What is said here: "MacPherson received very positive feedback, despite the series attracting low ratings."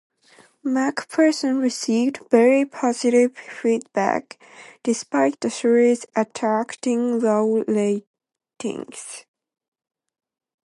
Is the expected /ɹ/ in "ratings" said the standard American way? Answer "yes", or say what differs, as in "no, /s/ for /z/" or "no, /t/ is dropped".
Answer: no, /l/ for /ɹ/